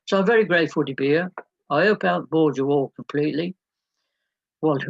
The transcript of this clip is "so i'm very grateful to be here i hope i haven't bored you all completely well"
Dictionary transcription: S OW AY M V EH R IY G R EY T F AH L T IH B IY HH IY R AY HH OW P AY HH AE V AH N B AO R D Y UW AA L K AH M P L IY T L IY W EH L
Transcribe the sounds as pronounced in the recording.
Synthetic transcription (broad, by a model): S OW AY M V EH R IY G R EY T F AH L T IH B IY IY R AY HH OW UH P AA AH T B AO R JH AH AA L K AH M P L IY T L IY W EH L